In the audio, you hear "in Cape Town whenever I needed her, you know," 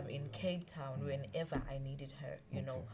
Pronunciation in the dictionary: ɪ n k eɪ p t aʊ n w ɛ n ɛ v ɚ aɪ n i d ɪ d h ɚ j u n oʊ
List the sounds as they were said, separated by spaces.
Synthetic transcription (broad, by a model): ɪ n k eɪ b t aʊ n w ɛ n ɛ v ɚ aɪ n i d ɪ d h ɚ j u n oʊ